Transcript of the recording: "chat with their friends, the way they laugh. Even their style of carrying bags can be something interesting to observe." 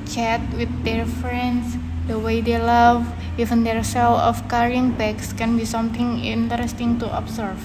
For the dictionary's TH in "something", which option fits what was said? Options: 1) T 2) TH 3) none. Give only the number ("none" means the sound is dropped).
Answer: 1